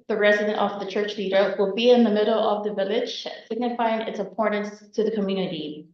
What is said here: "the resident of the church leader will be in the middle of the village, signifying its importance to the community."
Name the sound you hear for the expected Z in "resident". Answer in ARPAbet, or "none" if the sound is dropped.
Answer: Z